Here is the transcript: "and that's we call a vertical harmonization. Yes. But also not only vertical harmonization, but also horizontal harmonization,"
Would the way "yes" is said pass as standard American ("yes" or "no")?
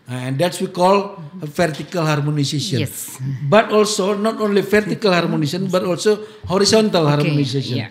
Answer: no